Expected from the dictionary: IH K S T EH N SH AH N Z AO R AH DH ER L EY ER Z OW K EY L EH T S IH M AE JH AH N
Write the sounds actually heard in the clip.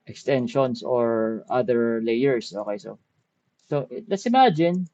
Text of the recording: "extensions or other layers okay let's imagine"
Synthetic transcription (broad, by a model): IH K S T EH N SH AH N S AO R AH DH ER L EY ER S OW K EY L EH T S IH M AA JH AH N